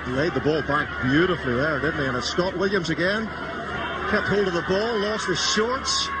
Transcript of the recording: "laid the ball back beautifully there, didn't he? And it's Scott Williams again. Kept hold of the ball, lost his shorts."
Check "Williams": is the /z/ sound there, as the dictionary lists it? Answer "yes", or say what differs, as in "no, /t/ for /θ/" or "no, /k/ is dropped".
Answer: yes